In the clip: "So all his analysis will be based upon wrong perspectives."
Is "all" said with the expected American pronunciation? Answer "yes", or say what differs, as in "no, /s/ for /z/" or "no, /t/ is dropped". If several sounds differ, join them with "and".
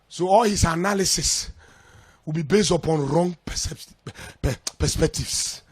yes